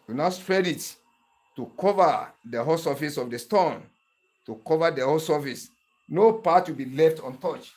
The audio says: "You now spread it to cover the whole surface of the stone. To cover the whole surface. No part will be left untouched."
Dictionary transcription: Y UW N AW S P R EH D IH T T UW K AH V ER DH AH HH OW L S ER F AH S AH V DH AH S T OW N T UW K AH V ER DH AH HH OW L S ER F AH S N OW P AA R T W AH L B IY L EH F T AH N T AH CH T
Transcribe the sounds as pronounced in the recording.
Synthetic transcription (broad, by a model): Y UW N AW S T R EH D IH T T UW K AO V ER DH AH HH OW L S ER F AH S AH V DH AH S T OW N T UW K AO V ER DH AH HH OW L S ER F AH S N OW P AA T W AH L B IY L EH F T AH N T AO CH